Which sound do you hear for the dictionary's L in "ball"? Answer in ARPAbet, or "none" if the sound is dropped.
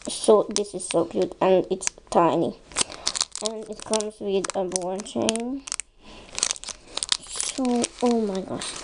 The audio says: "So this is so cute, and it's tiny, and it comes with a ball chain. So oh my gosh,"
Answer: N